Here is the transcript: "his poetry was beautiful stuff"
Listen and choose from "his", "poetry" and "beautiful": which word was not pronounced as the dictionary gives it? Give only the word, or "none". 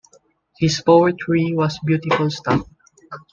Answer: his